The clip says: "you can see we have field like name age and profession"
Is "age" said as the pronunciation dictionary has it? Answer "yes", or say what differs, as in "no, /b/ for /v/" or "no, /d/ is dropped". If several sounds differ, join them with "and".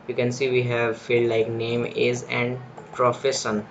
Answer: no, /z/ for /dʒ/